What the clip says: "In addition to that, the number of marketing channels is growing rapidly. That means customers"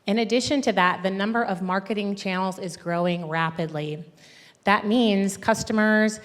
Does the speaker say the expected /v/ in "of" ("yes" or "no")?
yes